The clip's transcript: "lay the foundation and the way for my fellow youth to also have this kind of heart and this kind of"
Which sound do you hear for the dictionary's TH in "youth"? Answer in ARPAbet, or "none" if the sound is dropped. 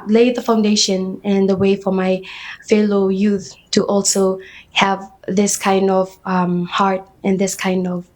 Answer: TH